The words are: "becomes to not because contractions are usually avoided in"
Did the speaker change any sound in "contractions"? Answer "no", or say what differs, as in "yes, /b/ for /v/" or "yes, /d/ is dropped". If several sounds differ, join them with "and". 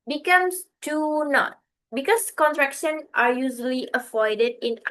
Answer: yes, /z/ is dropped